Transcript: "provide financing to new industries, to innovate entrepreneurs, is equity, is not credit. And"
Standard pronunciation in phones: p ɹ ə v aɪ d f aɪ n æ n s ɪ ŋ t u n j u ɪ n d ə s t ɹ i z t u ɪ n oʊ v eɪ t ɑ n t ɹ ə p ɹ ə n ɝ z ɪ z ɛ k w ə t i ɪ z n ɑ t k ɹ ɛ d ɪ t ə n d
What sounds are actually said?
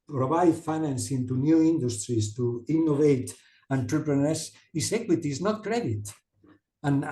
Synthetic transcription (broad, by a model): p ɹ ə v aɪ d f aɪ n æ n s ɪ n t u n j u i n d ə s t ɹ i s t u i n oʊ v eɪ t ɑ n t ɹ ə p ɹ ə n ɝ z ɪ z ɛ k w ə t i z n ɑ t k ɹ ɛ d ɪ t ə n